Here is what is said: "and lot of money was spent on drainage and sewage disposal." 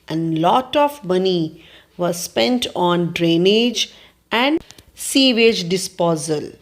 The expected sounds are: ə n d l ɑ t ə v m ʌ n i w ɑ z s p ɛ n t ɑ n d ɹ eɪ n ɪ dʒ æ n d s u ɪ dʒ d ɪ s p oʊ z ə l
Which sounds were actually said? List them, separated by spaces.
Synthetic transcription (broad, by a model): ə n l ɑ t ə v m ʌ n i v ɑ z s p ɛ n t ɑ n d ɹ eɪ n ɪ dʒ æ n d s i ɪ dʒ d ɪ s p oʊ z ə l